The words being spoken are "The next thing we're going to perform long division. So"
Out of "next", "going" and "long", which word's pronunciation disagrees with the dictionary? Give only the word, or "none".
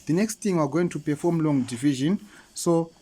none